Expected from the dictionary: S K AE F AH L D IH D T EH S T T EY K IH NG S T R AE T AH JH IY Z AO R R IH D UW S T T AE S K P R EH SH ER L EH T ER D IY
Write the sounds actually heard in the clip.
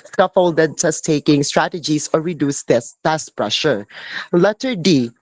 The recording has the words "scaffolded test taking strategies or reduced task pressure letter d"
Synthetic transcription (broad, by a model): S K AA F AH L D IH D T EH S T T EY K IH NG S T R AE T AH JH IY S AO R R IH D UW S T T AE S P R EH SH ER L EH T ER D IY